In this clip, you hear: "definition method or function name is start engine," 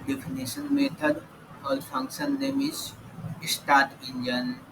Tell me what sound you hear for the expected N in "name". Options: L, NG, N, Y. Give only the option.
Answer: L